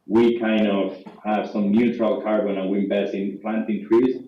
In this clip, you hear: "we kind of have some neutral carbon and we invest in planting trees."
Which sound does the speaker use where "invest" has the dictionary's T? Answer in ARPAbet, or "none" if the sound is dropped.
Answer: none